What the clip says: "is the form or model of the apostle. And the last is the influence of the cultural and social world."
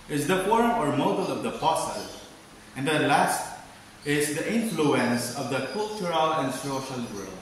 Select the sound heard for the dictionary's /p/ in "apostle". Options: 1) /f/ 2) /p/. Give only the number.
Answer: 1